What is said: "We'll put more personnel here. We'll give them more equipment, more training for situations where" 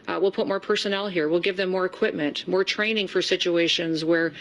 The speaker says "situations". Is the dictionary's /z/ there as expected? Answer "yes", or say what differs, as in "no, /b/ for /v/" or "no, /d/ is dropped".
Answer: yes